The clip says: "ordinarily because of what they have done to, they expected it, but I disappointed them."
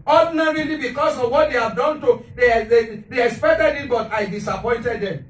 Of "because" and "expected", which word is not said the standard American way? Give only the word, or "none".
because